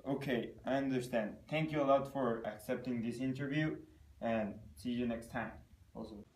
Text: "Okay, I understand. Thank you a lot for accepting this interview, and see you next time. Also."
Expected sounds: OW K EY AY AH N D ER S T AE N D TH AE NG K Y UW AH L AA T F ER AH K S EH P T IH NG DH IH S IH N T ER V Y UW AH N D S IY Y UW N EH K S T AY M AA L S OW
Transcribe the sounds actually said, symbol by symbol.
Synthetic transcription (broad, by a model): OW K EY AY AH N D ER S T AE N D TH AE NG K Y UW AH L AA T F ER AH K S EH P T IH NG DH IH S IH N T ER V Y UW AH N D S IY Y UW N EH K S T AY M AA L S OW